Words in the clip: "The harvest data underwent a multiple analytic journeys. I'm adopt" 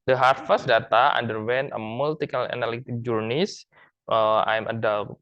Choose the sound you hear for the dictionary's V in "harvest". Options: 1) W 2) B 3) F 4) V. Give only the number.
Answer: 3